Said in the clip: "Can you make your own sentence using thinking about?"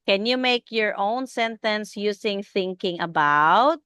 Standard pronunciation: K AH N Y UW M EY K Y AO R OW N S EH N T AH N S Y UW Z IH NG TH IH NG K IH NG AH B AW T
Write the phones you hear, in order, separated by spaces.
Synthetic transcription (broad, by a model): K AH N Y UW M EY K Y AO R OW N S EH N T AH N S Y UW S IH NG TH IH NG K IH NG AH B AW T